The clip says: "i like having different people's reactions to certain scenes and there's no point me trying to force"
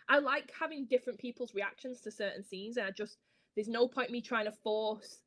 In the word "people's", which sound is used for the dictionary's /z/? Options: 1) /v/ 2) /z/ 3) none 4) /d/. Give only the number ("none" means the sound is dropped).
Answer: 2